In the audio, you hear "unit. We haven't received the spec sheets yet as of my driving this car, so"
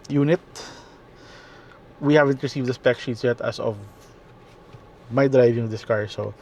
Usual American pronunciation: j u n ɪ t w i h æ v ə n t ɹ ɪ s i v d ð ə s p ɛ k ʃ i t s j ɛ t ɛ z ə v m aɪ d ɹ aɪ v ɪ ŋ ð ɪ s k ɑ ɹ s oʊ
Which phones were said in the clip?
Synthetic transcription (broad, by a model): j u n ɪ t w i h æ v ə n t ɹ ɪ s i v d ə s p ɛ k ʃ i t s j ɛ t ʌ s ə v m aɪ d ɹ aɪ v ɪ ŋ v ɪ s k ɑ ɹ s oʊ